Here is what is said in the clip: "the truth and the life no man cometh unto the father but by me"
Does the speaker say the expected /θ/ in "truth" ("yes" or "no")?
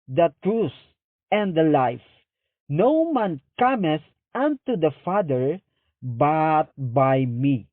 no